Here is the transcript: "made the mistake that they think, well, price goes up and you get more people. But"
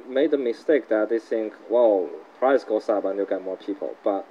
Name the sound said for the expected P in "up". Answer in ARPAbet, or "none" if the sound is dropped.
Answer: B